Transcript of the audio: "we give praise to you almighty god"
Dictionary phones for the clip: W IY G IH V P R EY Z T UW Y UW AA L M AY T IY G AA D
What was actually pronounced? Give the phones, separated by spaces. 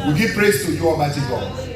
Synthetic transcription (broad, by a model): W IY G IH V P R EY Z T UW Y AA M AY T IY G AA